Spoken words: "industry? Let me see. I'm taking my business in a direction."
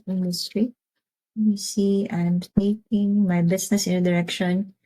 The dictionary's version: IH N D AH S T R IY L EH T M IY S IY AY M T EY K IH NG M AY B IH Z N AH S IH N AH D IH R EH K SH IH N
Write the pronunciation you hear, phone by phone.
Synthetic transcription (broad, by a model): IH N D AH S T R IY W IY S IY AY M T EY K IH NG M AY B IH S N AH S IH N AH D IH R EH K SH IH N